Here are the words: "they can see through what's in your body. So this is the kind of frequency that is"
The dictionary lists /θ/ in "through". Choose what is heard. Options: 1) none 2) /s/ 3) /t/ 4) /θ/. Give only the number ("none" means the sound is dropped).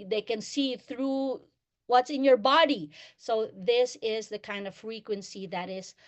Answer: 4